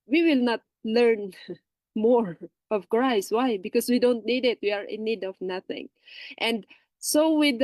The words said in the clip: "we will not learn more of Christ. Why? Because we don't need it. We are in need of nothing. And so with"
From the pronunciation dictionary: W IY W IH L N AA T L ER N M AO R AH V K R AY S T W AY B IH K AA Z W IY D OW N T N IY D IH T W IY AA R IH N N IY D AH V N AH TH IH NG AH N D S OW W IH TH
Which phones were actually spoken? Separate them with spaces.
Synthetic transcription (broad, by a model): W IY W IH L N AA T L ER N M AO R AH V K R AY S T W AY B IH K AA S W IY D OW N T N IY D IH T W IY AA R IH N N IY D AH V N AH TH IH NG AH N D S OW W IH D